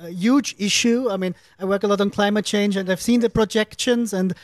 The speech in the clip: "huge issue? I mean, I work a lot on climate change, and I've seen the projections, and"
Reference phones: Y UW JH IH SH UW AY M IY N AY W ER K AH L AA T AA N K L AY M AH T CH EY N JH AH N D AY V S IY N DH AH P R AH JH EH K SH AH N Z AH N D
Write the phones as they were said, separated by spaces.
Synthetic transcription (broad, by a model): Y UW JH IH SH UW AY M IY N AY W ER K AH L AA T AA N K L AY M AH T CH EY N JH AH N D AY V S IY N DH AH P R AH JH EH K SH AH N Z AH N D